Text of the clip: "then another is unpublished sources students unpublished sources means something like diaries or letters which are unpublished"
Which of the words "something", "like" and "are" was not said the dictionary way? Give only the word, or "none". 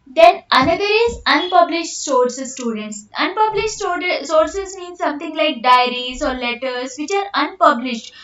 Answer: something